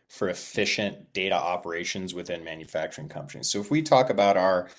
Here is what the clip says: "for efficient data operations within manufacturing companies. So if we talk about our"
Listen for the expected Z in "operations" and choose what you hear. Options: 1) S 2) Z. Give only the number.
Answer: 2